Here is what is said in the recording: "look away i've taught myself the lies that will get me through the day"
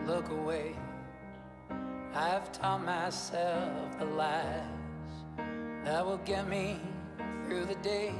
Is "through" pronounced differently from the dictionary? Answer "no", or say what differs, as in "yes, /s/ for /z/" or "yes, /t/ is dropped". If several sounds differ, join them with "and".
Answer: no